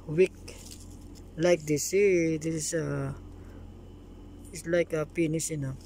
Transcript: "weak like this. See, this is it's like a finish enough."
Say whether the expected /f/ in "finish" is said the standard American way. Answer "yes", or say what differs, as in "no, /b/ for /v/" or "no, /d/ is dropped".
no, /p/ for /f/